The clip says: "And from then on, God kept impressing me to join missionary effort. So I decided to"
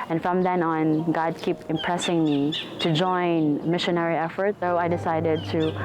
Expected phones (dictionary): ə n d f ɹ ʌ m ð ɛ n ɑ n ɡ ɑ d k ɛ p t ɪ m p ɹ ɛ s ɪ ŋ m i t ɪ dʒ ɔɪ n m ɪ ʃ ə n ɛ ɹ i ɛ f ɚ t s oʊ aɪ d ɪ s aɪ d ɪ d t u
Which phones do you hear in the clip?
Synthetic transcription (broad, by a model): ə n f ɹ ʌ m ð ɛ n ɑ n ɡ ɑ d k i p ɪ m p ɹ ɛ s ɪ ŋ m i t ɪ dʒ ɔɪ n m ɪ ʃ ə n ɛ ɹ i ɛ f ɚ t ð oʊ aɪ d ɪ s aɪ d ɪ d t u